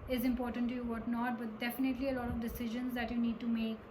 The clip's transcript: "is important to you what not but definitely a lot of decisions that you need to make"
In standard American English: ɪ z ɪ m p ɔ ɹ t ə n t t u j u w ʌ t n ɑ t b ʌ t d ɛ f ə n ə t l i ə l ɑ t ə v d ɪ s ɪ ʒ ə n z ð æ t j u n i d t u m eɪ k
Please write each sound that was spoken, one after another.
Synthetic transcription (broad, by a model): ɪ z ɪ m p ɔ ɹ t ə n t t u j u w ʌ t n ɑ t b ʌ t d ɛ f ə n ə t l i ə l ɑ t ə v d ɪ s ɪ ʒ ə n z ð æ t j u n i d t u m eɪ k